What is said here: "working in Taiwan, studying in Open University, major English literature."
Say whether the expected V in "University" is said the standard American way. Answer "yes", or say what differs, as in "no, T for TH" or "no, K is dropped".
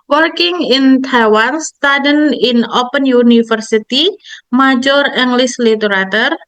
no, F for V